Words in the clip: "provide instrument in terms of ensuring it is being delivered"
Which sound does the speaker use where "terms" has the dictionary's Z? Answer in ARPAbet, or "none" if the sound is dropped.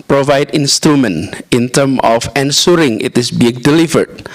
none